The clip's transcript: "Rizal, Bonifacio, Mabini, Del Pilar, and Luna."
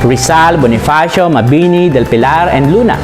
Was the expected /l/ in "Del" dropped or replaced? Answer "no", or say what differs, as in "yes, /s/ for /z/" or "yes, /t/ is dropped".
no